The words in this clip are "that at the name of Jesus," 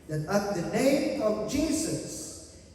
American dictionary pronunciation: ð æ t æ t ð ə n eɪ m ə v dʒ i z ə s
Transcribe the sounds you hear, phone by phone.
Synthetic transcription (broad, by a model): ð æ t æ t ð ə n eɪ m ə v dʒ i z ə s